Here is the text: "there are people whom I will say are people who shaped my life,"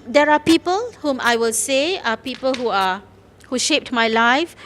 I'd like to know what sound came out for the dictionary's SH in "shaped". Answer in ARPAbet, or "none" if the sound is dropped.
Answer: SH